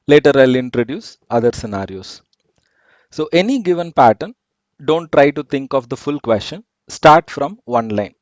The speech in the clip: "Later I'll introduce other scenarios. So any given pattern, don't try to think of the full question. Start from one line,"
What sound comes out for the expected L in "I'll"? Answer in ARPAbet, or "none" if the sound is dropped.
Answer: L